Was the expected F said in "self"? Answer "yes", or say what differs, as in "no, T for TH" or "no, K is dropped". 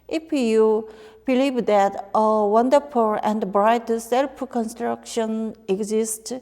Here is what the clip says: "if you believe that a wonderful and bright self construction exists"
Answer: no, P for F